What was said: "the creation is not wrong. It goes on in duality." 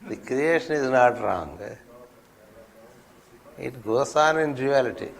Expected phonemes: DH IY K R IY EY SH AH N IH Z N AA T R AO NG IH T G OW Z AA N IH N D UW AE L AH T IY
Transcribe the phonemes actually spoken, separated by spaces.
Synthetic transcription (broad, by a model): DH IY K R IY EY SH AH N IH Z N AA T R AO NG IH T G OW S AA N IH N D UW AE L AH T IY